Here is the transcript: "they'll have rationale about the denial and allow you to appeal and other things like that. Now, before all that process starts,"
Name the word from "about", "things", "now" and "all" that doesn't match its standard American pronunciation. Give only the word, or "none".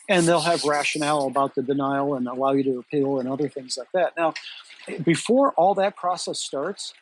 none